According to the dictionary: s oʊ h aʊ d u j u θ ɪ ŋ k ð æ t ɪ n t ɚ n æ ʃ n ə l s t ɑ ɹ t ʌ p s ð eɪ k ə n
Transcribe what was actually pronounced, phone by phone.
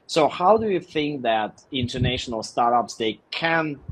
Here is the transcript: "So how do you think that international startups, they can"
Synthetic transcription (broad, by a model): s oʊ h aʊ d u j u θ ɪ ŋ k ð æ t ɪ n t ɚ n æ ʃ n ə l s t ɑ ɹ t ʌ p s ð eɪ k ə n